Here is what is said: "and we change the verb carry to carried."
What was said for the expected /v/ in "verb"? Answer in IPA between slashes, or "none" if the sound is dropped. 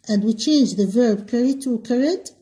/v/